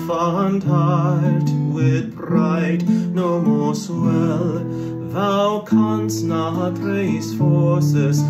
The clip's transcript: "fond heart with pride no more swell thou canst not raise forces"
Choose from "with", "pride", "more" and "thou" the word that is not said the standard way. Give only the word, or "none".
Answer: pride